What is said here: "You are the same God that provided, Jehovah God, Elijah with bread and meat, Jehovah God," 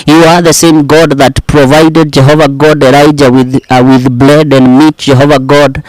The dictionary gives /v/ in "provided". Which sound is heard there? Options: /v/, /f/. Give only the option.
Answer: /v/